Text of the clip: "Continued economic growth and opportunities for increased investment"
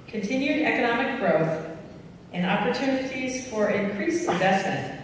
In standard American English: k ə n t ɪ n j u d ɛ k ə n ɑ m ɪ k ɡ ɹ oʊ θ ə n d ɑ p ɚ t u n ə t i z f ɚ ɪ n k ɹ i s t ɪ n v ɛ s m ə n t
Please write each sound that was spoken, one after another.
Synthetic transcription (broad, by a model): k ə n t ɪ n j u d ɛ k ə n ɑ m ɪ k ɡ ɹ oʊ θ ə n ɑ p ɚ t u n ə t i z f ɚ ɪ n k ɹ i s ɪ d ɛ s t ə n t